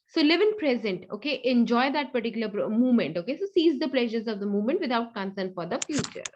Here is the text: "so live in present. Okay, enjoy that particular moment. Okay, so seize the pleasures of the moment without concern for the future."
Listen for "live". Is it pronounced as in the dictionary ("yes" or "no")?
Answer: yes